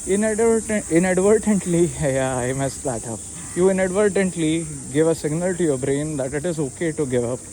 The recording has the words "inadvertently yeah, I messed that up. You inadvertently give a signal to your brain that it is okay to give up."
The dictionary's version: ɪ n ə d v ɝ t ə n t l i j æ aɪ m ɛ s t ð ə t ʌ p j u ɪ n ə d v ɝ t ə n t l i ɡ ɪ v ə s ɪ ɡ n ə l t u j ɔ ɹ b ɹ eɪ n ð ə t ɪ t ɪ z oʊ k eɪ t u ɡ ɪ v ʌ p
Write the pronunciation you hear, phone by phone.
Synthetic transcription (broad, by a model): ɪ n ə d v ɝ t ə n t l i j aɪ m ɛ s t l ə t ʌ p j u ɪ n ə d v ɝ t ə n t l i ɡ ɪ v ə s ɪ ɡ n ə l t u j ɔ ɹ b ɹ eɪ n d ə t ɪ t ɪ z oʊ k eɪ t u ɡ ɪ v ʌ p